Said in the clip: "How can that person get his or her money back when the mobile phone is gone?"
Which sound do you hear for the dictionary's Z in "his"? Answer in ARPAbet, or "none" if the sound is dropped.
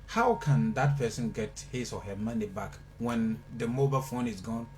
S